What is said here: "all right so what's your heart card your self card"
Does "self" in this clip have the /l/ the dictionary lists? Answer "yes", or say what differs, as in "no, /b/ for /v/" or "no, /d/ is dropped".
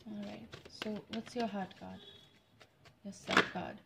no, /l/ is dropped